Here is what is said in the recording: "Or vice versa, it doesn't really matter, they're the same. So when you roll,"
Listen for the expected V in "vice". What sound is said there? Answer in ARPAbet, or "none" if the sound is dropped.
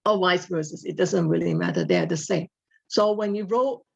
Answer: W